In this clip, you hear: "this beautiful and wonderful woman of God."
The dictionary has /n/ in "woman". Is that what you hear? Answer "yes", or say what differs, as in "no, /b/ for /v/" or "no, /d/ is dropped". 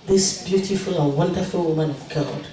yes